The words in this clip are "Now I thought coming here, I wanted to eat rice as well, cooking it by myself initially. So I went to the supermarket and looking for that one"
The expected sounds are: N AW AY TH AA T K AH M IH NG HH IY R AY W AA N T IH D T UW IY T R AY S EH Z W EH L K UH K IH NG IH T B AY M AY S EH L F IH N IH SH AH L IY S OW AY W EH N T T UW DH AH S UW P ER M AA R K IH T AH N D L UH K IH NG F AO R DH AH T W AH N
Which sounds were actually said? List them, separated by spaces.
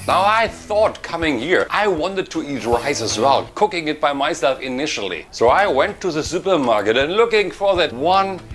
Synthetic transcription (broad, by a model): N AW AY TH AA T K AH M IH NG HH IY R AY W AA N T IH D T UW IY T R AY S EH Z W EH L K UH K IH NG IH T B AY M AY S EH L F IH N IH SH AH L IY S OW AY W EH N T T UW DH AH S UW P ER M AA R K IH T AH N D L UH K IH NG F AO R DH AH T W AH N